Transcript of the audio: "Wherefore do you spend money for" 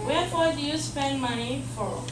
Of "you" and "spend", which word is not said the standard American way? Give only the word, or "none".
none